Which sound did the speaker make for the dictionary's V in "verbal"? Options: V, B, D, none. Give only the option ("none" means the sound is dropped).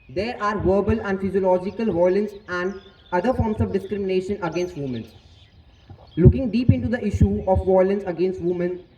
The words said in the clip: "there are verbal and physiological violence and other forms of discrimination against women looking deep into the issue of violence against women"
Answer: V